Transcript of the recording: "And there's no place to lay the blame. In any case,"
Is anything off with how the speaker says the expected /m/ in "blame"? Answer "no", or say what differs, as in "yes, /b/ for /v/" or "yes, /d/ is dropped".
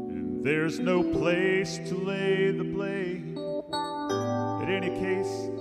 yes, /m/ is dropped